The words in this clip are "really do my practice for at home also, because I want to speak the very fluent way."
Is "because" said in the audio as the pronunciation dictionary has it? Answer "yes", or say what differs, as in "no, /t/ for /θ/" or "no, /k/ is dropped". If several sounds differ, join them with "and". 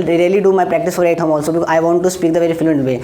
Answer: no, /z/ is dropped